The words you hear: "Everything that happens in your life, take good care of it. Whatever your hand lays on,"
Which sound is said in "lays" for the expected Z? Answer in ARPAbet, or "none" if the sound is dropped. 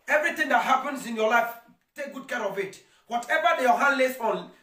S